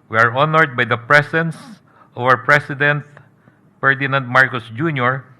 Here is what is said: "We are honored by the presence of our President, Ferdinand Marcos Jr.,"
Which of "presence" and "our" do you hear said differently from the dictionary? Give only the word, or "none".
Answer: presence